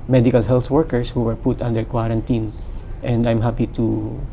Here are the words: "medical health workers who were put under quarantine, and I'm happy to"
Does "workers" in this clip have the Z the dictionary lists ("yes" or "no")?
no